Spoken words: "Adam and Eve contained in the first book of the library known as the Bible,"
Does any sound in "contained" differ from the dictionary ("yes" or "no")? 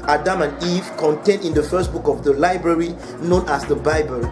no